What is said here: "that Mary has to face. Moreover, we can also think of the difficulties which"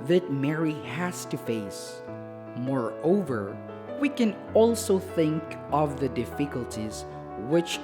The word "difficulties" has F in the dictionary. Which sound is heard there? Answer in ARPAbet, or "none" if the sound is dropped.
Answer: F